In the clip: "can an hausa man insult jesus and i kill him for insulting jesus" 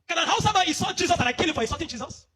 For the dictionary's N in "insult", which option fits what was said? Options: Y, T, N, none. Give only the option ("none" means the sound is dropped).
none